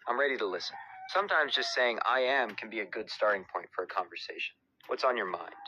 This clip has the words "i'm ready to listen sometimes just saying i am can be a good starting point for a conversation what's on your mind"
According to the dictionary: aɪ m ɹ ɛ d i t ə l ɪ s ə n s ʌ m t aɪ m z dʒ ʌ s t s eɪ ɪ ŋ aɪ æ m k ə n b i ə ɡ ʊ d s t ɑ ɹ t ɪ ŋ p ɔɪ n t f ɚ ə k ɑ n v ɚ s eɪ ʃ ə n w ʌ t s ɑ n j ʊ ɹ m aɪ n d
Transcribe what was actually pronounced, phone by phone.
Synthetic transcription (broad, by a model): aɪ m ɹ ɛ d i t ə l ɪ s ə n s ʌ m t aɪ m z dʒ ʌ s t s eɪ ɪ ŋ aɪ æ m k ə n b i ə ɡ ʊ d s t ɑ ɹ t ɪ ŋ p ɔɪ n t f ɚ ə k ɑ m v ɚ s eɪ ʃ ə n w ʌ t s n j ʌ ɹ m aɪ n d